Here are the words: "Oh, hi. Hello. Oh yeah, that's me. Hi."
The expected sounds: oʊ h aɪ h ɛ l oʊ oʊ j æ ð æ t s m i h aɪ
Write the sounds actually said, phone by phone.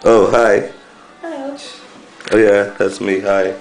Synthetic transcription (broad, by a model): oʊ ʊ h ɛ ɪ oʊ j æ ð æ t s m i h aɪ